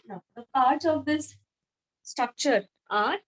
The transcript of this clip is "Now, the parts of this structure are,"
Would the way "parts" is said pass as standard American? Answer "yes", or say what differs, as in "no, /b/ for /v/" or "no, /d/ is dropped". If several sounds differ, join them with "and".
no, /s/ is dropped